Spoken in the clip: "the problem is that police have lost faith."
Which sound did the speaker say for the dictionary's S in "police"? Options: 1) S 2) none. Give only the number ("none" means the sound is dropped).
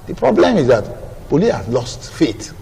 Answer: 2